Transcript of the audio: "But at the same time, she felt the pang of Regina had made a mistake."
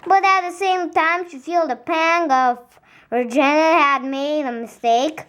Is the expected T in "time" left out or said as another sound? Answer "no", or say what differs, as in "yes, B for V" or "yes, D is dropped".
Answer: no